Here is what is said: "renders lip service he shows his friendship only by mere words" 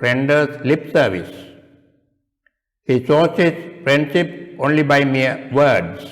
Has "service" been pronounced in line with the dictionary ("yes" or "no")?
yes